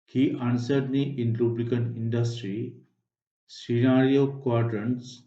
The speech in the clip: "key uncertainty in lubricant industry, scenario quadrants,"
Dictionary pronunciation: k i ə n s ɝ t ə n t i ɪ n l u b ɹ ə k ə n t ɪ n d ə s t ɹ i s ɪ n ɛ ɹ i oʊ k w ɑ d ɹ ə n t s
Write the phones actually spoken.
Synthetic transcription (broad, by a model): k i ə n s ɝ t n t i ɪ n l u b l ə k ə n ɪ n d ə s t ɹ i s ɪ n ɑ ɹ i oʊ k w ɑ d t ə n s